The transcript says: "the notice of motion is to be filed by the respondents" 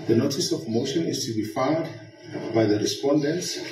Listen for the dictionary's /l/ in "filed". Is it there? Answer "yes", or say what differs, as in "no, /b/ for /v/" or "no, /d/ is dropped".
no, /l/ is dropped